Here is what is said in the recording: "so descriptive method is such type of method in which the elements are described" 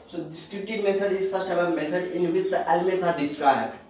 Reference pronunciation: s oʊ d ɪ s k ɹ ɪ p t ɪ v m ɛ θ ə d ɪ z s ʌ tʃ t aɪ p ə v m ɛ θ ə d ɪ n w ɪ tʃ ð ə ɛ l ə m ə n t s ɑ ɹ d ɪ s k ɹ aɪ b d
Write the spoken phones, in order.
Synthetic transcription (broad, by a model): s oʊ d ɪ s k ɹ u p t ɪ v m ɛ t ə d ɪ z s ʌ s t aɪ b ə m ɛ t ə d ɪ n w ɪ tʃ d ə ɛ l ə m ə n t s ɑ ɹ d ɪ s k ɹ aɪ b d